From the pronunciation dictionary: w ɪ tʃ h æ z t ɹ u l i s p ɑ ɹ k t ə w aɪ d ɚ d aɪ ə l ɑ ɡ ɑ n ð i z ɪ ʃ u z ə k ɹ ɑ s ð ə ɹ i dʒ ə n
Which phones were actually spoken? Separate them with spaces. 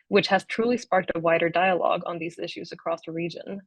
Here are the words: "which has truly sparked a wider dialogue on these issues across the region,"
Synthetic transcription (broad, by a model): w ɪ tʃ h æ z t ɹ u l i s p ɑ ɹ k t ə w aɪ d ɚ d aɪ ə l ɑ ɡ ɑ n ð i z ɪ ʃ u z ə k ɹ ɑ s ð ə ɹ i dʒ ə n